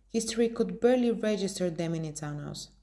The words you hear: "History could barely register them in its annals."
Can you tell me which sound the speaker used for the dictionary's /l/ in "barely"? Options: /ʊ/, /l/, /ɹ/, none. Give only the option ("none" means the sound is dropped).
/l/